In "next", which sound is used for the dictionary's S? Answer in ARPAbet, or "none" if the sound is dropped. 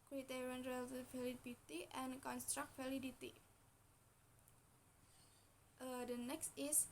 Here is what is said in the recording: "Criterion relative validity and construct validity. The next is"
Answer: S